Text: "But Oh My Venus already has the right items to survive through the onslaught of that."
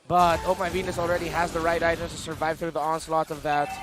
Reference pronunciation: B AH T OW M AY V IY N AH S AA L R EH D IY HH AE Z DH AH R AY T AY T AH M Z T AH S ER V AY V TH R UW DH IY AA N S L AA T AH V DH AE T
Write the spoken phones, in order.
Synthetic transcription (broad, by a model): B AH T OW M AY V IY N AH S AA L R EH D IY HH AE Z DH AH R AY T AY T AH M T AH S ER V AY V TH R UW DH IY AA N S L AA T AH V DH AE T